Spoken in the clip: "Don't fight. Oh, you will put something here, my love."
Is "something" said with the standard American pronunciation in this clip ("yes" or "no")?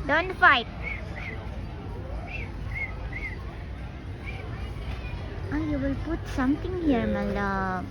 no